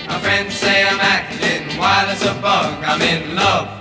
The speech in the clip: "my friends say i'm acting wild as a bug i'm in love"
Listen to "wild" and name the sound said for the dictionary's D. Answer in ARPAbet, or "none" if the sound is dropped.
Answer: none